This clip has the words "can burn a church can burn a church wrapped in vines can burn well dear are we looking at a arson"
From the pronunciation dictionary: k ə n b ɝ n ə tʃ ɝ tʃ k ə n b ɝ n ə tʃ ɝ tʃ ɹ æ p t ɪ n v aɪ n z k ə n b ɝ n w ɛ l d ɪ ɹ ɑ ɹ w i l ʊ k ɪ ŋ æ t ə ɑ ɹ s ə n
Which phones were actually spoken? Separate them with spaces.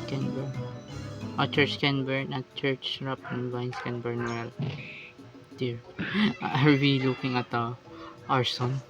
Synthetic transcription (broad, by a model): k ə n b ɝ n ə tʃ ɝ tʃ k ə n b ɝ n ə tʃ ɝ tʃ ɹ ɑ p ɪ n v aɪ n s k ə n b ɝ n w ɛ l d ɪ ɹ ɑ ɹ w i l ʊ k ɪ ŋ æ t ə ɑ ɹ s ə n